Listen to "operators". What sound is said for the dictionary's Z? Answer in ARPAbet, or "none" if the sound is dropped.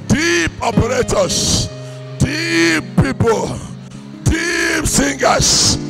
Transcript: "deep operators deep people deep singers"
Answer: S